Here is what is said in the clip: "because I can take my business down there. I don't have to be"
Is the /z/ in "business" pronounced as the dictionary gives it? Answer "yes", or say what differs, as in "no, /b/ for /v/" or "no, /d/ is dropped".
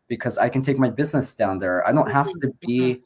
yes